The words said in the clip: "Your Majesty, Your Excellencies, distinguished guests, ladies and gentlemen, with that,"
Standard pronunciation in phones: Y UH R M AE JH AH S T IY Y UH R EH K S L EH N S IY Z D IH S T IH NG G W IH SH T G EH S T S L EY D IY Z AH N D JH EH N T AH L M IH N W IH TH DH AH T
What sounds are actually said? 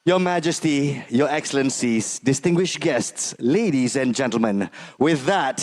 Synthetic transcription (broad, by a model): Y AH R M AE JH AH S T IY Y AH R EH K S L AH N S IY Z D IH S T IH NG G W IH SH G EH S T S L EY D IY Z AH N JH EH N T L M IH N W IH DH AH T